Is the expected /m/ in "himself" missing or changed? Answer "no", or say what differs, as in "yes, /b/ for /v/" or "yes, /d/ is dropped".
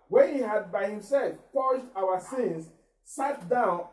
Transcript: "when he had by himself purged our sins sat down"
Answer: no